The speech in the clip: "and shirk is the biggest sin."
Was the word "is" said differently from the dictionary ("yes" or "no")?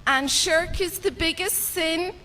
no